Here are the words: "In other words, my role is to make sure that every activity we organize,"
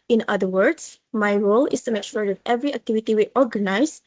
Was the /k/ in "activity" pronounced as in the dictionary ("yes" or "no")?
yes